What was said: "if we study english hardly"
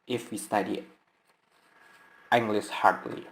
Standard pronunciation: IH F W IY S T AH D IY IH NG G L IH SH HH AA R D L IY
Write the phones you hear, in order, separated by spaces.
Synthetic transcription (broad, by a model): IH F W IY S T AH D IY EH NG G L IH S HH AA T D L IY